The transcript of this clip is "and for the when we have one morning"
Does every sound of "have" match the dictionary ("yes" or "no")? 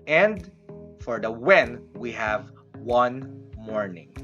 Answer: yes